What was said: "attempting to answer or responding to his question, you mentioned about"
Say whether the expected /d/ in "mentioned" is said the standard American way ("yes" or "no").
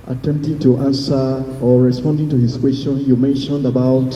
yes